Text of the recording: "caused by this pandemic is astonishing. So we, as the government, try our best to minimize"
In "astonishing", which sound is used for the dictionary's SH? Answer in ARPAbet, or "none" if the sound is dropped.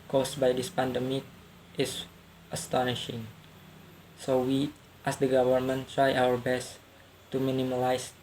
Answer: SH